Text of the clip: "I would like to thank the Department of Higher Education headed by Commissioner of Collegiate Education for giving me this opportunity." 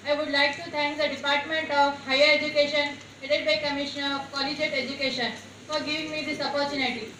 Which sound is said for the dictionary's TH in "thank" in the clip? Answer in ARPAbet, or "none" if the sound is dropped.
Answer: T